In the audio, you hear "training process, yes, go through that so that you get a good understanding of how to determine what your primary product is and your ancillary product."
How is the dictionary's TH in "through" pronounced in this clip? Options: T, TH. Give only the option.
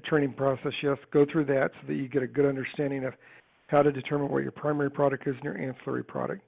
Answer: TH